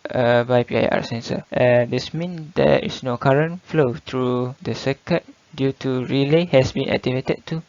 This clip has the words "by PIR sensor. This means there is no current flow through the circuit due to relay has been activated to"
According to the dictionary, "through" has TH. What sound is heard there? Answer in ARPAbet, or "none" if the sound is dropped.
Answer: T